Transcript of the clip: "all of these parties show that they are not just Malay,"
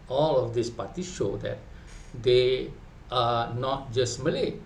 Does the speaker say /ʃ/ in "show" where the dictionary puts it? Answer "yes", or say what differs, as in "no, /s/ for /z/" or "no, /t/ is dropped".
yes